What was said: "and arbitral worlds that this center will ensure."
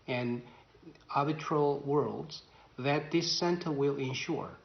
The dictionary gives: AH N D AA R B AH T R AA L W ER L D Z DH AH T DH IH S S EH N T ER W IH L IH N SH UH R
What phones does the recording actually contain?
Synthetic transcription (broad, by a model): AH N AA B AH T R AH L W ER L D Z DH AH T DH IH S S EH N T ER W IH L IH N SH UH R